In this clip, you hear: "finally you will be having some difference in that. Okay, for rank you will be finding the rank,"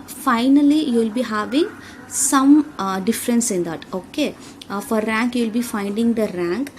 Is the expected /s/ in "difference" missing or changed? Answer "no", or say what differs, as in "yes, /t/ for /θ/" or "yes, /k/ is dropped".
no